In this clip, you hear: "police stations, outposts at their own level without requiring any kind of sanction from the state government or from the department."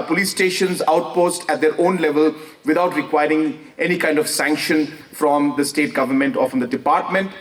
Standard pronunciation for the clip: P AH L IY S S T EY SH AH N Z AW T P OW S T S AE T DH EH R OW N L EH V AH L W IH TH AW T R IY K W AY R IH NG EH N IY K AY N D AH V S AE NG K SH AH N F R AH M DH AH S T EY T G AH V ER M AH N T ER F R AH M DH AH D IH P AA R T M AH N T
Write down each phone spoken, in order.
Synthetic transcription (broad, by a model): P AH L IY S S T EY SH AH N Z AW T P OW S T AE T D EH R OW N L EH V AH L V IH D AW T R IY K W AY R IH NG EH N IY K AY N D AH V S AE NG K SH AH N F R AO M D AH S T EY T G AH V ER M AH N T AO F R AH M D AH D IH P AA R T M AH N T